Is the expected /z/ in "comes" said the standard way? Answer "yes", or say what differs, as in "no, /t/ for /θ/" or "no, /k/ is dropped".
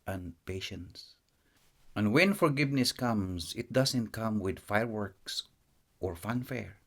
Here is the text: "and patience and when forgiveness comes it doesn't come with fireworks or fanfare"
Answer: no, /s/ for /z/